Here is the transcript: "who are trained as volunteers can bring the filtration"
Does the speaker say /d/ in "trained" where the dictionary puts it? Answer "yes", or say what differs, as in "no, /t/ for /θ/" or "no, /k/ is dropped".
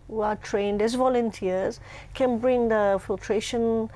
yes